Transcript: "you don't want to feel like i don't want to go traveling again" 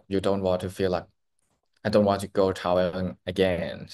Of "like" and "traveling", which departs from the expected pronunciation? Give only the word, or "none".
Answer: traveling